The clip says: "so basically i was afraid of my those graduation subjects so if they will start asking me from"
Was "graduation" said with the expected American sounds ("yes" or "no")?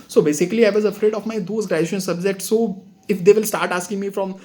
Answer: no